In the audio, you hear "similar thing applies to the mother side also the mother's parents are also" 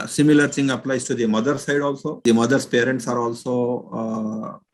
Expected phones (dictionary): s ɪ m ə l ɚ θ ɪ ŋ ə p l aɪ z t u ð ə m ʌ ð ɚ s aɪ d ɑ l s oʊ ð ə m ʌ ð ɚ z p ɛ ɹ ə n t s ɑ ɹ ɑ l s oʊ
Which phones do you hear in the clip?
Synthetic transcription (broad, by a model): s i m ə l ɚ s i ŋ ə p l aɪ s t u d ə m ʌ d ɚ s aɪ d ɑ l s oʊ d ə m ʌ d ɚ s p ɛ ɹ ə n t s ɑ ɹ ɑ l s oʊ